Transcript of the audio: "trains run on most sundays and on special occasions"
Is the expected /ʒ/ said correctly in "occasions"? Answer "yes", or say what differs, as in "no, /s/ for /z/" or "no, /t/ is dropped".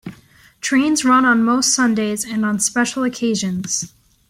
yes